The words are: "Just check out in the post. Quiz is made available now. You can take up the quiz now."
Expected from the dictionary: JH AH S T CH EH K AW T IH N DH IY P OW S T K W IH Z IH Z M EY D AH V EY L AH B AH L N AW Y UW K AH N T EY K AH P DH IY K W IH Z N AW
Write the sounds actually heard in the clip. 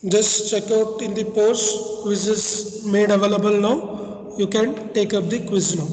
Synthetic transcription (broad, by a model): JH AH S T CH EH K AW T IH N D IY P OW T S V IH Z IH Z M EY D AH V EY L AH B AH L N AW Y UW K AH N T EY K AH P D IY K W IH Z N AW